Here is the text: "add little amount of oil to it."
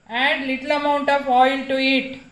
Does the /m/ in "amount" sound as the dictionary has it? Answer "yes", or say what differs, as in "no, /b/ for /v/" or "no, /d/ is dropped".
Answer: yes